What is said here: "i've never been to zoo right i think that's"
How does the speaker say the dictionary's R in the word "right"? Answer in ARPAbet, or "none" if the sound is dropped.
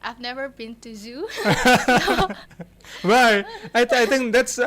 W